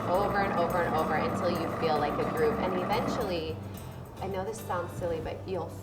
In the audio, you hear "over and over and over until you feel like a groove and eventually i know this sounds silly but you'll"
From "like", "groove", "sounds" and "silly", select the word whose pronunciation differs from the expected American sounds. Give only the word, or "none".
groove